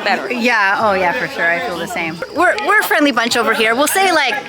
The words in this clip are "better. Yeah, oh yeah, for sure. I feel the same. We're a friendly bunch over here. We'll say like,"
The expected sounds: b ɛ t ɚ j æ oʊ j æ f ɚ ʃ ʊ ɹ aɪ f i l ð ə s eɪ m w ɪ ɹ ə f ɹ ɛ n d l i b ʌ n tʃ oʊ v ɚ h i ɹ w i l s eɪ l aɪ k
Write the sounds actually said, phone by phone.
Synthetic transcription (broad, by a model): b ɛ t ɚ j æ oʊ j æ f ɚ ʃ ʊ ɹ aɪ f i l ð ə s eɪ m w ɪ ɹ ə f ɹ ɛ n d l i b ʌ n tʃ oʊ v ɚ h i ɹ w i l s eɪ l aɪ k